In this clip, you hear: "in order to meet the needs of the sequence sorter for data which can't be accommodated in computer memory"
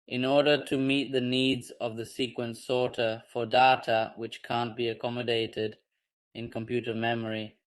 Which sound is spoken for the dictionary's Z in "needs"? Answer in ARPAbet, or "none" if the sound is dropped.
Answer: Z